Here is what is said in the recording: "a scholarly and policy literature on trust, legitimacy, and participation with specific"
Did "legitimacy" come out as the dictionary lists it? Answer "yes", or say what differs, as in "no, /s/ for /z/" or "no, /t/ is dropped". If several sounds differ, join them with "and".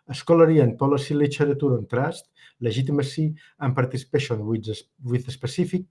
no, /ʒ/ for /dʒ/